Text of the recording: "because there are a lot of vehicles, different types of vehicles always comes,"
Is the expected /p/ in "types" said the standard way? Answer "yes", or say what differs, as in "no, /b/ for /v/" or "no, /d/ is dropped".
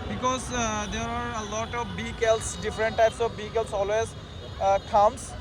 yes